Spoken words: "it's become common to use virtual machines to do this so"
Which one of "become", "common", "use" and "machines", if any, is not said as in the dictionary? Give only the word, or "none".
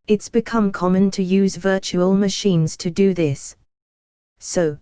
none